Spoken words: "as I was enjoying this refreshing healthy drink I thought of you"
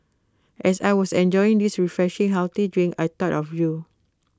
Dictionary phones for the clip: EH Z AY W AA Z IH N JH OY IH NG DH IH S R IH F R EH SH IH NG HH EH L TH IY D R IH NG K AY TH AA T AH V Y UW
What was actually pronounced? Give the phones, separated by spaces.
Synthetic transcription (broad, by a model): EH S AY W AA S IH N JH OY IH NG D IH S R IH F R EH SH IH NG HH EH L T IY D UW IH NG AY T AA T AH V Y UW